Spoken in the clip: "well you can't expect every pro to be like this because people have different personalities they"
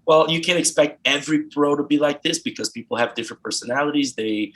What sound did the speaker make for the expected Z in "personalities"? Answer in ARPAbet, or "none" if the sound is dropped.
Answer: Z